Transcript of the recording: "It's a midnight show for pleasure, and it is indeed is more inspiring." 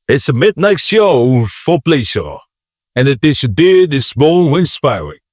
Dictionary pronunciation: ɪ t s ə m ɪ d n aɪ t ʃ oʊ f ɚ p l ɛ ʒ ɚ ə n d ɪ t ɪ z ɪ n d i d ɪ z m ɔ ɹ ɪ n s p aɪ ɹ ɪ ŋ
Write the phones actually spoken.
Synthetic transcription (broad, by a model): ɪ t s ə m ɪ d n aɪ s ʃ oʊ f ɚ p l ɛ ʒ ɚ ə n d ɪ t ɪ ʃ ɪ d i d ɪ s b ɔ w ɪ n s p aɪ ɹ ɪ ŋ